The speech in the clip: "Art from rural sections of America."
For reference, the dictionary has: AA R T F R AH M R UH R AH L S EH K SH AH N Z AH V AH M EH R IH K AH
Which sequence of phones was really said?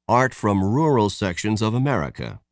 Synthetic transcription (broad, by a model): AA R T F R AH M R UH R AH L S EH K SH AH N Z AH V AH M EH R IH K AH